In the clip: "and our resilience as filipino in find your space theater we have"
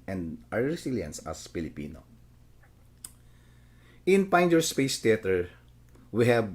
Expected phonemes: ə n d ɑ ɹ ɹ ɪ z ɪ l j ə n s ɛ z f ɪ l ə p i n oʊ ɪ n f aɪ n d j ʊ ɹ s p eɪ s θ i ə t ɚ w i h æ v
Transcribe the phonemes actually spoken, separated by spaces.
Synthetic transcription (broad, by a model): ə n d ɑ ɹ ɹ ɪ s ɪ l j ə n s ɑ s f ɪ l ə p i n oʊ ɪ n p aɪ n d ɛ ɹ s p eɪ s t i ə t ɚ w i h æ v